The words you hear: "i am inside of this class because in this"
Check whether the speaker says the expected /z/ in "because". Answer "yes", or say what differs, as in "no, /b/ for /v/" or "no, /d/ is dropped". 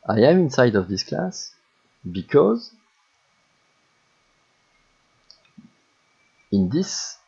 yes